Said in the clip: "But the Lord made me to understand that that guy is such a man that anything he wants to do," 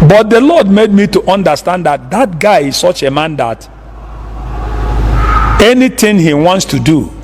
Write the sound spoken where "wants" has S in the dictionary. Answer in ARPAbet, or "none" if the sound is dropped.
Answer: S